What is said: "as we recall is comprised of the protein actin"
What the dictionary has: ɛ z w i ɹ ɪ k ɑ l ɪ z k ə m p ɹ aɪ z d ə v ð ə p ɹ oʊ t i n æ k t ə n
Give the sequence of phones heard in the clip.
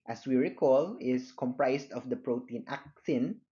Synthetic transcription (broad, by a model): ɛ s w i ɹ ɪ k ɑ l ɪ s k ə m p ɹ aɪ s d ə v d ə p ɹ oʊ t i n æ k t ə n